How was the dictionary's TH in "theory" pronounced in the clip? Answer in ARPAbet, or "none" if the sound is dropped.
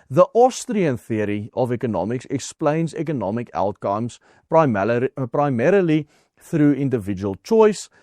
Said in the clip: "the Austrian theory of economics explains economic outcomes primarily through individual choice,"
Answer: TH